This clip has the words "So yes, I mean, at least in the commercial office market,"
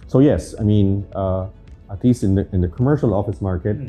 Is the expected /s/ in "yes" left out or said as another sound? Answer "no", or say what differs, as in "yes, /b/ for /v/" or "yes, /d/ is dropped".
no